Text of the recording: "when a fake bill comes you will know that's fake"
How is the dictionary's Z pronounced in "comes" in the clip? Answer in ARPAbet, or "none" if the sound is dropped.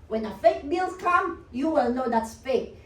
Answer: none